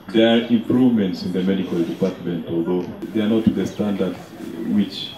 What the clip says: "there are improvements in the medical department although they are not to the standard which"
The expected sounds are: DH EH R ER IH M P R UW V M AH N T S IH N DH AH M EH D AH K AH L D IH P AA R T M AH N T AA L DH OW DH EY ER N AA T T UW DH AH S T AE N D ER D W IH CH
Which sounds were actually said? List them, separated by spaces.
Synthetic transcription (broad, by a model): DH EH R IH M P R UW V M AH N T S IH N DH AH M EH D AH K AH L D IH P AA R T M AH N T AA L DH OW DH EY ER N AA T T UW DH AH S T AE N D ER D W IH CH